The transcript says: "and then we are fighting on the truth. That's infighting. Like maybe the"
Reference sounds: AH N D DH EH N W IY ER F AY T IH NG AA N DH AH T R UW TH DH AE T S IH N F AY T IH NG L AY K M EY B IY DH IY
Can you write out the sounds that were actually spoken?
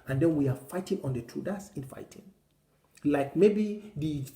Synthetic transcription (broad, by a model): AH N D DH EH N W IY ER F AY T IH NG AA N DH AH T UW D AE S IH N F AY T IH NG L AY K M EY B IY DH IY